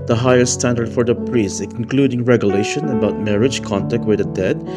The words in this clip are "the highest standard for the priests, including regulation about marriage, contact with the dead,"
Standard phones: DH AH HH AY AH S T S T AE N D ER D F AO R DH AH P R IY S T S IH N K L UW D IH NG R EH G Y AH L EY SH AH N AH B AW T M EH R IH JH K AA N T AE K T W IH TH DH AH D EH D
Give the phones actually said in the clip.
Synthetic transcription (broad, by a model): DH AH HH AY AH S S T AE N D ER D F AO R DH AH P R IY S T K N K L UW D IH NG R EH G Y AH L EY SH AH N AH B AW T M EH R IH JH K AA N T AE K T W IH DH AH D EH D